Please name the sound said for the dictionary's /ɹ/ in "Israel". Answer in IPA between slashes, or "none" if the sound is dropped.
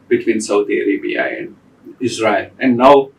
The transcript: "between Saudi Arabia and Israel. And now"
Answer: /ɹ/